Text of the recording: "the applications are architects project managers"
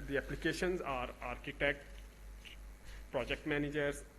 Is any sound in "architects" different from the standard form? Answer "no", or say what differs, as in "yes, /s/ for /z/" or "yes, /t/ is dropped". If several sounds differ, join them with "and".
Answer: yes, /s/ is dropped